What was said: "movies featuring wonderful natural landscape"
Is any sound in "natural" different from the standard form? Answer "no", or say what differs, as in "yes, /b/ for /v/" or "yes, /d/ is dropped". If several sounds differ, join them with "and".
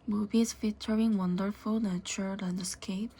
yes, /ɹ/ is dropped